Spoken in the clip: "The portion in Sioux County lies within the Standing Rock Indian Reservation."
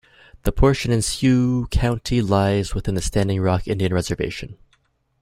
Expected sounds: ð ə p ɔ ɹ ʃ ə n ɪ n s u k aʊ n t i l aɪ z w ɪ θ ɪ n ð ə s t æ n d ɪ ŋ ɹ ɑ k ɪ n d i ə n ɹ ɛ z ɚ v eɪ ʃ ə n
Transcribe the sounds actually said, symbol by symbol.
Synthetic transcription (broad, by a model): ð ə p ɔ ɹ ʃ ə n ɪ n s u k aʊ n t i l aɪ z w ɪ θ ɪ n ð ə s t æ n d ɪ ŋ ɹ ɑ k ɪ n d i ə n ɹ ɛ z ɚ v eɪ ʃ ə n